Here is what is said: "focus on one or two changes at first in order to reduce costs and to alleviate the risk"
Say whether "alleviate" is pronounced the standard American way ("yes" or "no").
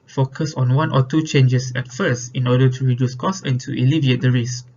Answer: yes